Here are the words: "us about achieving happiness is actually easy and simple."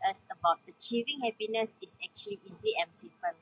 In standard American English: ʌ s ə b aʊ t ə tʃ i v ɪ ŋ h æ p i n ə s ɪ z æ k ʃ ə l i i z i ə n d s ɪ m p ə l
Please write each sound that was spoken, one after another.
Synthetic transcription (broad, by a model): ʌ s ə b aʊ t ə tʃ i v ɪ ŋ h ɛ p i n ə s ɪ s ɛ k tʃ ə l i i z i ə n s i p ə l